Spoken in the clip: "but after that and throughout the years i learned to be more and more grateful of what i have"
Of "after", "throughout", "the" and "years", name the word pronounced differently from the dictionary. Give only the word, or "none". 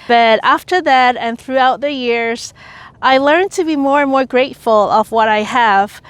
none